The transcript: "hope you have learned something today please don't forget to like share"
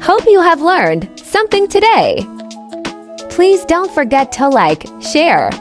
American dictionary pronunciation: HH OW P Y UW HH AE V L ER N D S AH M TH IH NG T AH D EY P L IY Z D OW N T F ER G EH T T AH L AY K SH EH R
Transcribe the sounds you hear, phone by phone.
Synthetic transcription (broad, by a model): HH OW P Y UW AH V L ER N D S AH M TH IH NG T AH D EY P L IY Z D OW N T F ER G EH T T AH L AY K SH EH R